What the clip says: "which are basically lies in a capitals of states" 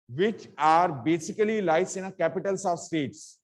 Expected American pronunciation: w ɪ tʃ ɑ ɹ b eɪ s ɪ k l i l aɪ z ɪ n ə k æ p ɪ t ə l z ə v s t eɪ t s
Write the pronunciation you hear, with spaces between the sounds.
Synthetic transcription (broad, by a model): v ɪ tʃ ɑ ɹ b eɪ s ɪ k l i l aɪ s ɪ n ə k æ p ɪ t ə l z ə v s t eɪ t s